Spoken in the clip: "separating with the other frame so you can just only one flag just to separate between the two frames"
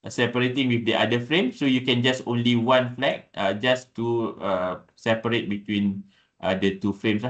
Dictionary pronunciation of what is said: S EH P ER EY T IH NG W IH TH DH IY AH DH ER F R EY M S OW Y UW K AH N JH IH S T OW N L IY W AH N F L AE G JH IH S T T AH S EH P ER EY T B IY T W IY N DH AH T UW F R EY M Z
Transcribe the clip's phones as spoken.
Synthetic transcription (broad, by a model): S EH P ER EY T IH NG W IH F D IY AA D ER F R EY M S OW Y UW K AH N JH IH S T OW N L IY W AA N F L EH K JH IH S T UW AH S EH P ER EY T B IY T W IY N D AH T UW F R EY M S